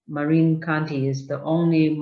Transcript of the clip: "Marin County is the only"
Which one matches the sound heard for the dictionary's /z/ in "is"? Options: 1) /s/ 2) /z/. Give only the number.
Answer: 2